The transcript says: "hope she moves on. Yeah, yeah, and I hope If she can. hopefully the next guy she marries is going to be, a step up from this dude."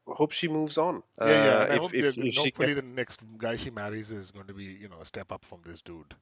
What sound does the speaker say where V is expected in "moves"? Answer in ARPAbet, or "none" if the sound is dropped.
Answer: V